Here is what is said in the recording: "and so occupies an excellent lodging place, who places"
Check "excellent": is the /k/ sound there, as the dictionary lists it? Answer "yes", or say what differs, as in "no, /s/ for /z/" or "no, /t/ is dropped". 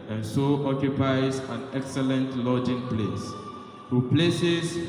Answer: yes